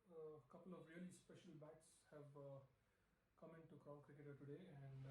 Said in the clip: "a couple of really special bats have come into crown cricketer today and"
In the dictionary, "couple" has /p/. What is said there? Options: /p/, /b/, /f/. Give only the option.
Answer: /p/